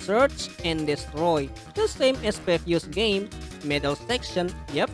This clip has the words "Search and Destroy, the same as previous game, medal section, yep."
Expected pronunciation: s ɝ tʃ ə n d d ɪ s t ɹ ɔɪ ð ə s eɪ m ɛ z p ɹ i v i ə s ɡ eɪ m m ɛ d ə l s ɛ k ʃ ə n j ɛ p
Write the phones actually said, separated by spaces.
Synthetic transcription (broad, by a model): s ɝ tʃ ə n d d ɪ s t ɹ ɔɪ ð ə s eɪ m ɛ s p ɛ f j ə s ɡ eɪ m m ɛ d ə l s ɛ k ʃ ə n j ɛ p